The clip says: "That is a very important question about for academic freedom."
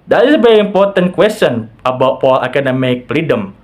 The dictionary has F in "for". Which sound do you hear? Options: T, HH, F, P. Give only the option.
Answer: P